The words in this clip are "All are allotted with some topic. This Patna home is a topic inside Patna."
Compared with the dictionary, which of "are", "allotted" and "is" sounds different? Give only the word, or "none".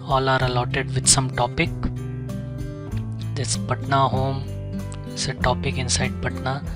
is